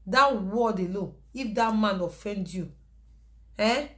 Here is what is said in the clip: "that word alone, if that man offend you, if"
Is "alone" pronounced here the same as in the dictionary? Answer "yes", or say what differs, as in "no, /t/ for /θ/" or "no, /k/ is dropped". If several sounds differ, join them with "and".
no, /n/ is dropped